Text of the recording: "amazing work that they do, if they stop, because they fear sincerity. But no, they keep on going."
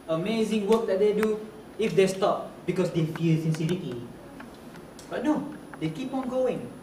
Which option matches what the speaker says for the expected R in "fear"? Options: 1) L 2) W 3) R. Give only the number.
1